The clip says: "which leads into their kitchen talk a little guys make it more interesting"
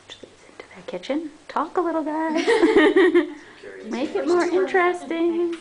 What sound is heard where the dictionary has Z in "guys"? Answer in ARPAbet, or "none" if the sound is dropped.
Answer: none